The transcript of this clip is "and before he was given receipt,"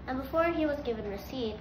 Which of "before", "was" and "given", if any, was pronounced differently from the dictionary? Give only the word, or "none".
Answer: none